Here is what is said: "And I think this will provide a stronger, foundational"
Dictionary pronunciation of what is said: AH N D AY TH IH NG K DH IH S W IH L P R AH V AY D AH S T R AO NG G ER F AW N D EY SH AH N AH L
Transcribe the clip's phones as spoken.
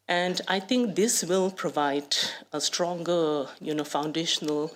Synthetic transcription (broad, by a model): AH N D AY T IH NG K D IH S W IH L P R AH V AY D AH S T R AO NG G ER F AW N D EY SH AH N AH L